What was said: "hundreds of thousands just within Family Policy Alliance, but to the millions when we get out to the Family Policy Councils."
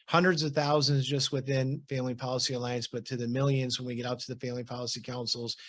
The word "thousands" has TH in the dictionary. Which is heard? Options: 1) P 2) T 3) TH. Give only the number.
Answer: 3